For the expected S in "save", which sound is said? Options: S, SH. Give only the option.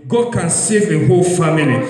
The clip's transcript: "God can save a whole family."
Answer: S